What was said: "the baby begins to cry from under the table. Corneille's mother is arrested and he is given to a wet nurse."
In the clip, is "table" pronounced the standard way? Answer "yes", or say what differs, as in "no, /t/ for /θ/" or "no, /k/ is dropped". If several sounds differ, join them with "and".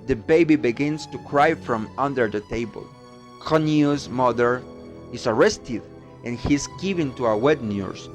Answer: yes